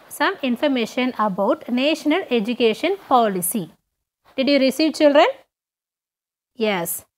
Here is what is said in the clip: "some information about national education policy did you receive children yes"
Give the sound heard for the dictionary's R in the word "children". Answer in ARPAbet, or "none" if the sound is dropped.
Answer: R